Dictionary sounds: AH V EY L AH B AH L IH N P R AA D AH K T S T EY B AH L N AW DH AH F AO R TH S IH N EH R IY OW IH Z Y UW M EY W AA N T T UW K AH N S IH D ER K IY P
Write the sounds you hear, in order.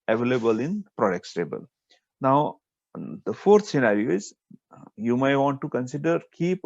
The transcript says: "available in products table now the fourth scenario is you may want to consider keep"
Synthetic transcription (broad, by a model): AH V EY L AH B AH L IH N P R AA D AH K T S T EY B AH L N AW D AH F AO R T S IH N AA R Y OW IH Z Y UW M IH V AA N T T UW K AH N S IH D ER K IY P